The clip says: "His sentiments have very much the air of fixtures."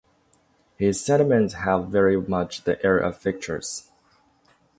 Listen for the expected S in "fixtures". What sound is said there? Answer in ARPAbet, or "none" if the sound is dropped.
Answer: none